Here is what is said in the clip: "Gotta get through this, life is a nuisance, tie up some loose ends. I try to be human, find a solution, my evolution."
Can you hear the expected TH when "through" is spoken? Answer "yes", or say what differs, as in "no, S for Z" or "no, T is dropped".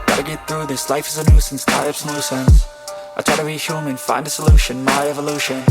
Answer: yes